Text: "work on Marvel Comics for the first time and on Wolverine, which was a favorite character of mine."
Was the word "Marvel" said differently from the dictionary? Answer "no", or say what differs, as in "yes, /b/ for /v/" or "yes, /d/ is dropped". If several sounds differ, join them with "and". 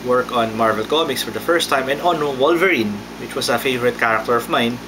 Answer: no